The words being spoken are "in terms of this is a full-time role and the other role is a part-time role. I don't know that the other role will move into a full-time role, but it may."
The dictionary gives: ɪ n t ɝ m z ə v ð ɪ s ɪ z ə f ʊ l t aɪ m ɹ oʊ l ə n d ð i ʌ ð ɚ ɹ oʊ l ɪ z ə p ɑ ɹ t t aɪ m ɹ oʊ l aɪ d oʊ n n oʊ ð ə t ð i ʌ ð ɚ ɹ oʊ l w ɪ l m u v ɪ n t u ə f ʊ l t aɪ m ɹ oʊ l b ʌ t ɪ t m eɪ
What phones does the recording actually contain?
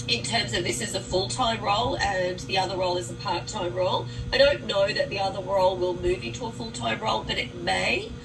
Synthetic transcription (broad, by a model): ɪ n t ɝ m z ə v ð ɪ s ɪ z ə f ʊ l t aɪ m ɹ oʊ l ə n ð i ʌ ð ɚ ɹ oʊ l ɪ z ə p ɑ ɹ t t aɪ m ɹ oʊ l aɪ d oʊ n n oʊ ð ə t ð i ʌ ð ɚ ɹ oʊ l w ɪ l m u v ɪ n t u ə f ʊ l t aɪ m ɹ oʊ l b ʌ t ɪ t m eɪ